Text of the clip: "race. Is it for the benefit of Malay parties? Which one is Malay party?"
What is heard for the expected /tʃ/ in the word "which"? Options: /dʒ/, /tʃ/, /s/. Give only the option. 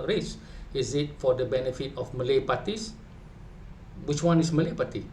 /tʃ/